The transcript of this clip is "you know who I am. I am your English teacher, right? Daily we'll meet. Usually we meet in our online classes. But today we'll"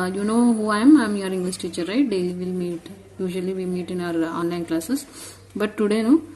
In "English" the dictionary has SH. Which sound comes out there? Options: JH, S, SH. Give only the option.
S